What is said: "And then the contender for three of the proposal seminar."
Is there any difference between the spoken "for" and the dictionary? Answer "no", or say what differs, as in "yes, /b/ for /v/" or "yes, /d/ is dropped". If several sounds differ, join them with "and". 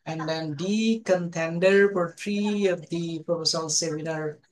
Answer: yes, /p/ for /f/